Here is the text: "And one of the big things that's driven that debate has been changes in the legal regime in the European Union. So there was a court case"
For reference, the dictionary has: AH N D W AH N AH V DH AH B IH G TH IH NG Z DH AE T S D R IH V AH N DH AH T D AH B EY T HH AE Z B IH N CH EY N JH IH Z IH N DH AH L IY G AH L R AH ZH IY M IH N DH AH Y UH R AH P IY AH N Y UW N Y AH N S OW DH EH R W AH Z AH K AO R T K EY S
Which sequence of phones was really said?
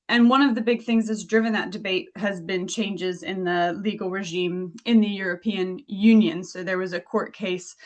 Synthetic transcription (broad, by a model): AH N W AH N AH V DH AH B IH G TH IH NG Z DH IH T S D R IH V AH N DH AH T D AH B EY T HH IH Z B IH N CH EY N JH IH Z IH N DH AH L IY G L R AH ZH IY M IH N DH AH Y UH R AH P IY AH N Y UW N Y AH N S OW DH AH R W AH Z AH K AO R T K EY S